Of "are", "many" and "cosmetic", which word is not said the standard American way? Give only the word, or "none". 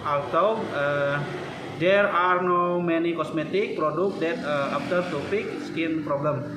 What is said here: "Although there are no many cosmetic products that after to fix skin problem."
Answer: cosmetic